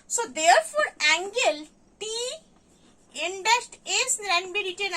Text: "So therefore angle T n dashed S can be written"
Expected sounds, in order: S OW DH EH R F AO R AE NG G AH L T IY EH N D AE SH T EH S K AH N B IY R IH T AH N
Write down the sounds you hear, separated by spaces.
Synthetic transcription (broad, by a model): S OW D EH R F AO R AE NG G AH L T IY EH N D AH S T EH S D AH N B IY R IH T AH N